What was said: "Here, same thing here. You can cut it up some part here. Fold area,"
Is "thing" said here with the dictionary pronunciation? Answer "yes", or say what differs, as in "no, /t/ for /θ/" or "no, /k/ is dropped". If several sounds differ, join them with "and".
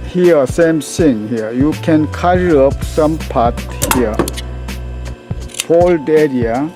no, /s/ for /θ/